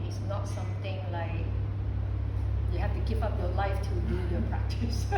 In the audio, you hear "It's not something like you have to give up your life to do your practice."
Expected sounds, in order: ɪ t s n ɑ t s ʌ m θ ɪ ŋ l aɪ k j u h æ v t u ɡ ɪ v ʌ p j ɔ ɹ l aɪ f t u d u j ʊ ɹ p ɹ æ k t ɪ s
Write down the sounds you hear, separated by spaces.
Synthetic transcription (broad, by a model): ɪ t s n ɑ t s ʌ m t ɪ ŋ l aɪ k j u h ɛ f t u ɡ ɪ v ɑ p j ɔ l aɪ f t u d u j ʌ p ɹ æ k t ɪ s